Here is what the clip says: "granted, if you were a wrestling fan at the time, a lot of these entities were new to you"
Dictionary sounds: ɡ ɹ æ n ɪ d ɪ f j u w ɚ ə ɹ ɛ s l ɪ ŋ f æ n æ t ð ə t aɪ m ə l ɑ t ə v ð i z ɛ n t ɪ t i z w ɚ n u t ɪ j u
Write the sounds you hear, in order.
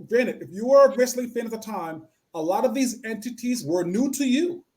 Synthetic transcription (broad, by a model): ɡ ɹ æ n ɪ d ɪ f j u w ɚ ə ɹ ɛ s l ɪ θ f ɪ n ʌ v ð ə t aɪ m ə l ɑ t ə v ð i z ɛ n t ɪ t i z w ɚ n u t ɪ j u